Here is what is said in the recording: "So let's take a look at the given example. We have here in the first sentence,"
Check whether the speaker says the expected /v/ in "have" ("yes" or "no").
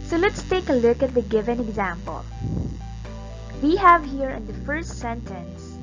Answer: yes